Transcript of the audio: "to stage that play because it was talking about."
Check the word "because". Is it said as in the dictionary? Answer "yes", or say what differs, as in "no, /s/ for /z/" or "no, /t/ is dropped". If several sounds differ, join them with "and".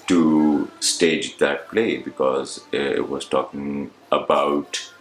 yes